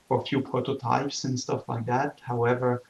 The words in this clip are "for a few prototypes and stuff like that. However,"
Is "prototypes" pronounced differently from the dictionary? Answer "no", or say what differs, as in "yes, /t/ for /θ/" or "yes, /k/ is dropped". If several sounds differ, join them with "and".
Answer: no